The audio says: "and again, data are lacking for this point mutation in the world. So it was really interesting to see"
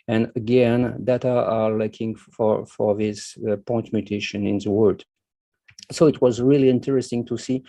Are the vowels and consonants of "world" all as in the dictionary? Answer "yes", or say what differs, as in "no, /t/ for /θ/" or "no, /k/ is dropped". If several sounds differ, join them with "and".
no, /l/ is dropped